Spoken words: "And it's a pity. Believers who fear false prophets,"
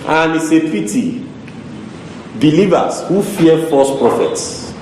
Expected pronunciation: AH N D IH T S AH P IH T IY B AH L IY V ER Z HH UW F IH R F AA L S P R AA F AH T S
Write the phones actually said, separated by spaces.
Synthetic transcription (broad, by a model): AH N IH S AH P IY T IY B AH L IY V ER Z HH UW F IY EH F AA S P R AA F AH T S